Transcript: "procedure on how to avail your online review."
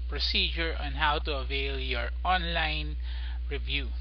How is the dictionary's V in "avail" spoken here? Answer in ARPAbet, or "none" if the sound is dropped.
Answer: V